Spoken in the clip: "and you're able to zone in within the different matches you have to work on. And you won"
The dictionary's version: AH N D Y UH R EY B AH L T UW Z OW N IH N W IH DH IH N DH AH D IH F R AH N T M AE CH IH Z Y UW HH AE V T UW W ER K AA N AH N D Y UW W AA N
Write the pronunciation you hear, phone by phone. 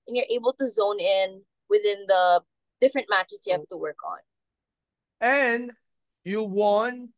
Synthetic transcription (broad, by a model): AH N Y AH R EY B AH L T UW Z OW N IH N W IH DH IH N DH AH D IH F R AH N T M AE CH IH S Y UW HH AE T UW W ER K AA N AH N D Y UW W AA N